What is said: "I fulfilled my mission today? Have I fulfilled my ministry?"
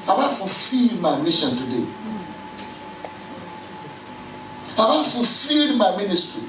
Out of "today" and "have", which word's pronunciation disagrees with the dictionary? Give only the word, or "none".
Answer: have